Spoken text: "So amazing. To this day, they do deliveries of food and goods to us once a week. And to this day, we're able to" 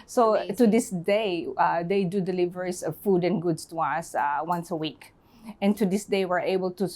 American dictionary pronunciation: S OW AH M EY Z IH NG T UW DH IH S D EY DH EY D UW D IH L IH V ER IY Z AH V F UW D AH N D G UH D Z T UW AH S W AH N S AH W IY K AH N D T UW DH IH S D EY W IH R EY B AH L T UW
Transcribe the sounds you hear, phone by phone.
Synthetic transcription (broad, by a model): S OW T UW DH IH S D EY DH EY D UW D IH L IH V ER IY S AH V F UW D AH N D G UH D S T UW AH S W AH N S AH W IY K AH N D T UW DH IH S D EY W IH R EY B AH L T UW